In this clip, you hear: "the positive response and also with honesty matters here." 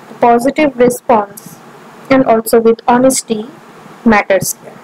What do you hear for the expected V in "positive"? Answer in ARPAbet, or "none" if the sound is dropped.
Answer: V